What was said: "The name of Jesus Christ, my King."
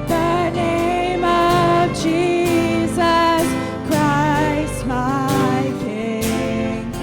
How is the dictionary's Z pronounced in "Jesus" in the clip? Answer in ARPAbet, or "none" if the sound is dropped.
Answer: Z